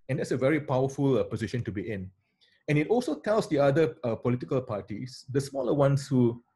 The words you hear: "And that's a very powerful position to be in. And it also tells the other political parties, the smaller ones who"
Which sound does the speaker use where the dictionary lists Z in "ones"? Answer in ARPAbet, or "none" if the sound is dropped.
S